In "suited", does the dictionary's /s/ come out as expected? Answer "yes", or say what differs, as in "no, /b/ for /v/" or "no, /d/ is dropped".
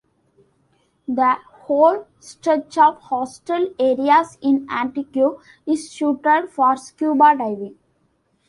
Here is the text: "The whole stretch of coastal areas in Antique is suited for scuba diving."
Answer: no, /ʃ/ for /s/